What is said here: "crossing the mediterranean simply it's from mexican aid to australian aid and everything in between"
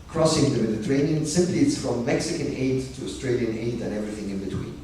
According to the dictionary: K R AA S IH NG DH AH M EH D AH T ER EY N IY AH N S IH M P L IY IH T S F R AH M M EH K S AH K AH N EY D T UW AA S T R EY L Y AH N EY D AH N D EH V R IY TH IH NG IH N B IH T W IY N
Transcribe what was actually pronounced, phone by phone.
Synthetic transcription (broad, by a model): K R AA S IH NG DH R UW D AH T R EY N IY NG S IH M P L IY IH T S F R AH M M EH K S AH K AH N EY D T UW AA S T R EY L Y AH N EY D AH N EH V R IY TH IH NG IH N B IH T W IY N